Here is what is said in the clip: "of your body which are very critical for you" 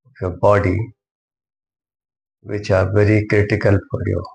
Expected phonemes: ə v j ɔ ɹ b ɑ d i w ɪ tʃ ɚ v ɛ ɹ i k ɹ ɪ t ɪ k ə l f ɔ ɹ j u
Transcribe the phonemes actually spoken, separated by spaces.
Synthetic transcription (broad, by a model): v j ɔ b ɑ d i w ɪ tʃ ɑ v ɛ ɹ i k ɹ ɪ t ɪ k ə l p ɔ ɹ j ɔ